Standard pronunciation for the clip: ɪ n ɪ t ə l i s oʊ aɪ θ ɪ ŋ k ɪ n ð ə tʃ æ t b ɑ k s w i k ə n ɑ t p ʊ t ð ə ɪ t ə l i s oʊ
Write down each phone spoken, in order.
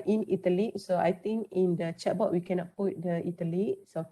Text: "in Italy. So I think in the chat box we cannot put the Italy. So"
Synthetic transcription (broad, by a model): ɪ n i t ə l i s oʊ aɪ t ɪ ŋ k ɪ n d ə tʃ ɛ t b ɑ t w i k ə n ɑ t p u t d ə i t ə l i s oʊ